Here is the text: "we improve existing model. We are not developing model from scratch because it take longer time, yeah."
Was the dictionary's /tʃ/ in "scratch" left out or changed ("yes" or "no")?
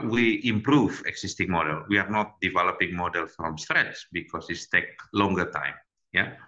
yes